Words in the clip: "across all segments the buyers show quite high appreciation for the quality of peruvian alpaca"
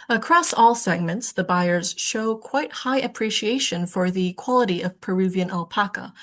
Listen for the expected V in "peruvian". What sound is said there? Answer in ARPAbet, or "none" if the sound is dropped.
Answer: V